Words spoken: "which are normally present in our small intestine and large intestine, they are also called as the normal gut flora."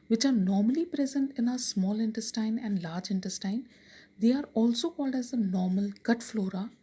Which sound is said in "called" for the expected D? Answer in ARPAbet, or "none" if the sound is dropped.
D